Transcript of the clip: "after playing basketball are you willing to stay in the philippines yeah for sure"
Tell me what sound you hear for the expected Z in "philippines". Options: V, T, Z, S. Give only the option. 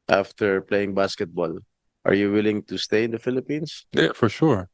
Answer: S